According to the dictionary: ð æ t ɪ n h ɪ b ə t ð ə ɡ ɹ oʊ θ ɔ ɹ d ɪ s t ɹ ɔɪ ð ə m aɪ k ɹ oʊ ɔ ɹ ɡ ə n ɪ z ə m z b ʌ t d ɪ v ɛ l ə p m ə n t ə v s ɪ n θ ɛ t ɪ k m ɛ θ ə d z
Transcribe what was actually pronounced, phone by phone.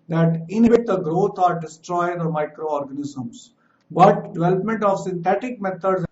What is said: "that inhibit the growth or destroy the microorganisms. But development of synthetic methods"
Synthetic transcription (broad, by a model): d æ t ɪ n h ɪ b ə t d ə ɡ ɹ oʊ t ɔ ɹ d ɪ s t ɹ ɔɪ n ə m aɪ k ɹ oʊ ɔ ɹ ɡ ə n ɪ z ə m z b ʌ t d ɪ v ɛ l ə p m ə n t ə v s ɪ n t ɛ t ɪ k m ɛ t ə d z